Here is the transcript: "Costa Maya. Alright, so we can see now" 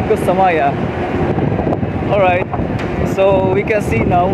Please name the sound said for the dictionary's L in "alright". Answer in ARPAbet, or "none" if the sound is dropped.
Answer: L